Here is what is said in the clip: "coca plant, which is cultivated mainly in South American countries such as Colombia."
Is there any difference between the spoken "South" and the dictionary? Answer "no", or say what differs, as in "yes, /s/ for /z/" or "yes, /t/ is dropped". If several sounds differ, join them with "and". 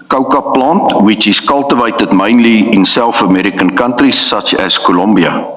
yes, /f/ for /θ/